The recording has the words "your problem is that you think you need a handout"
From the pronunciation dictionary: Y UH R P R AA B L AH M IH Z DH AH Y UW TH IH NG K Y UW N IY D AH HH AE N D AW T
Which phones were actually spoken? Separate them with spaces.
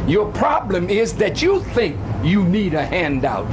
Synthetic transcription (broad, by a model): Y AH R P R AA B L AH M IH Z DH AH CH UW TH IH NG K Y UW N IY D AH HH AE N D AW T